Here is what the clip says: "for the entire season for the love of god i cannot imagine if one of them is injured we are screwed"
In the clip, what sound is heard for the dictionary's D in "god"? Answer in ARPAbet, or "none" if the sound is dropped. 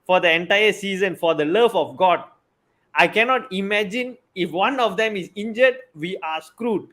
D